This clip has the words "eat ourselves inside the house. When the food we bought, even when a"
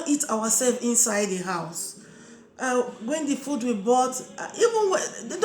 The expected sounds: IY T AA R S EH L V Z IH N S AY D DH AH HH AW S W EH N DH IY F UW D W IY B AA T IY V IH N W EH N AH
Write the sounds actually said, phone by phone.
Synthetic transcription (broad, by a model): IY T AA W S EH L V IH N S AY D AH HH AW S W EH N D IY F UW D W IY B AA T IY V IH N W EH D